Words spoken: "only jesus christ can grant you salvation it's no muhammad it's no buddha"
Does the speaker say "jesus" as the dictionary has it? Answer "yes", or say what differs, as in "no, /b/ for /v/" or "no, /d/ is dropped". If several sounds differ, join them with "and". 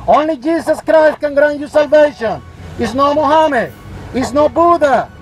no, /s/ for /z/